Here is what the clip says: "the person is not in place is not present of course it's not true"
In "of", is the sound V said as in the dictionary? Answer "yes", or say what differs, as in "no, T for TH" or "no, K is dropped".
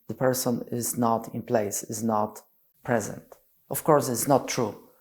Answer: no, F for V